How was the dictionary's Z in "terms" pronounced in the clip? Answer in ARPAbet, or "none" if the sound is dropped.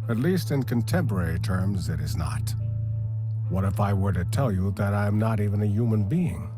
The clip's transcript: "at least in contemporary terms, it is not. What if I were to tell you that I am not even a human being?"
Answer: Z